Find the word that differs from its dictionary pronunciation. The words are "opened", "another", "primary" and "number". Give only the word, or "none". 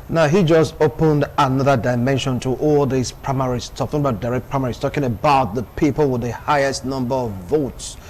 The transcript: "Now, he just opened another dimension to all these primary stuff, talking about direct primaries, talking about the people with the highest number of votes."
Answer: none